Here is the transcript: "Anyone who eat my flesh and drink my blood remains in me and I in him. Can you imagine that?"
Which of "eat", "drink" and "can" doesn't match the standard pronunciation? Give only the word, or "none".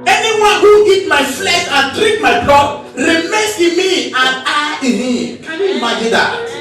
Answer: drink